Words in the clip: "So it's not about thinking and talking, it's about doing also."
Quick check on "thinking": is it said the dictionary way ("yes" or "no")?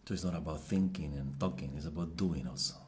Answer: yes